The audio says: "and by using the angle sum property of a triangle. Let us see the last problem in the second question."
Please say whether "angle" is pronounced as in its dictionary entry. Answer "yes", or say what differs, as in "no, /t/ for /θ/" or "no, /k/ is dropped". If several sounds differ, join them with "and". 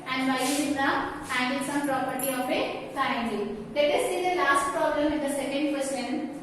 no, /n/ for /l/